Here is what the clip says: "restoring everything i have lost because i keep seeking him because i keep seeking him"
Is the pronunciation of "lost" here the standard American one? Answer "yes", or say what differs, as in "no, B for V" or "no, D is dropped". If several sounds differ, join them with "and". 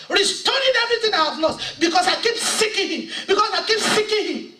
no, N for L